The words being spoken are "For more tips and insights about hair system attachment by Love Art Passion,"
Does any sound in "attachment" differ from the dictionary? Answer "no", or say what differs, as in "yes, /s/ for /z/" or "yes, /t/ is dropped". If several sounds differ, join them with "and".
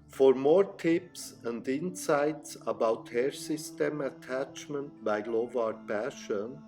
no